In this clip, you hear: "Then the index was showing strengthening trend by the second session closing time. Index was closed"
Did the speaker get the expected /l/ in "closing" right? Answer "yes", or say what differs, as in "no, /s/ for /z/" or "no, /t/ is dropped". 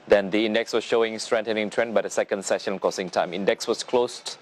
no, /l/ is dropped